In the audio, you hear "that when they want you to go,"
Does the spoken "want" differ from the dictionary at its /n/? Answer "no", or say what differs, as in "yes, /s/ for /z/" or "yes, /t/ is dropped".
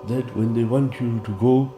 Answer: no